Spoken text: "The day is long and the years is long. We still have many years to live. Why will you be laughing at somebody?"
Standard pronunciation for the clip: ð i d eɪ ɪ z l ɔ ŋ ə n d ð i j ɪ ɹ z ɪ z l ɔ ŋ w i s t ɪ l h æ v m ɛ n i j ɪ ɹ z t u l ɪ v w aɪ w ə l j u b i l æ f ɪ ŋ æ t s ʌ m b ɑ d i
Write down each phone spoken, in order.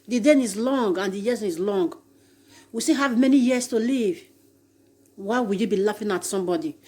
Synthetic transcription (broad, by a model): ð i d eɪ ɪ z l ɔ ŋ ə n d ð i j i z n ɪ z l ɔ ŋ w i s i h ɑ v m ɛ n i j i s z t u l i v w aɪ w ə l j u b i l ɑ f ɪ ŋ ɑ t s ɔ m b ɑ d i